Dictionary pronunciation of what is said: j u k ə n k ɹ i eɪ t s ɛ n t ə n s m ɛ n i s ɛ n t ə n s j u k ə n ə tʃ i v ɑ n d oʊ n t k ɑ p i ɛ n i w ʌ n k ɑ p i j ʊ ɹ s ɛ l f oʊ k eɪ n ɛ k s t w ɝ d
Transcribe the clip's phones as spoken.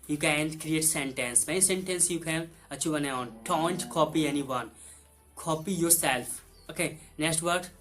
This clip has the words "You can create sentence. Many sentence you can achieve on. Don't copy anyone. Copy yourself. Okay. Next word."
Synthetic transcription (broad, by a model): j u k ə n k ɹ i eɪ t s ɛ n t ə n s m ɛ i s ɛ n t ə n s j u k ə n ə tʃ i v ɑ n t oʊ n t k ɑ p i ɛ n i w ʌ n k ɑ p i j ʊ ɹ s ɛ l f oʊ k eɪ n ɛ k s t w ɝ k